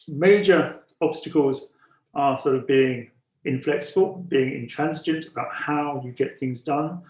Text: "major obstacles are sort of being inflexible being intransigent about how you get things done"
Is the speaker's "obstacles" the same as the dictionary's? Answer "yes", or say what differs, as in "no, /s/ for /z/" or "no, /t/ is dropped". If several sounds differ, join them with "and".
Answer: yes